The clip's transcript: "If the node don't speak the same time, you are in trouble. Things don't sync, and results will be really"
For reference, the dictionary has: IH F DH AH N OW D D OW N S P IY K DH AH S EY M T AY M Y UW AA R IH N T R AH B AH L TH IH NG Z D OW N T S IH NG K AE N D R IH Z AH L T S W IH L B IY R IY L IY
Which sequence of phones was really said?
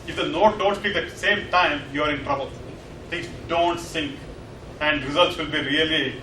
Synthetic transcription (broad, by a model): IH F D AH N OW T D OW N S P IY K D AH S EY M T AY M Y UW AA R IH N T R AH B AH L T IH NG S D OW N T S IH NG K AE N D R IH Z AH L T S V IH L B IY R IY L IY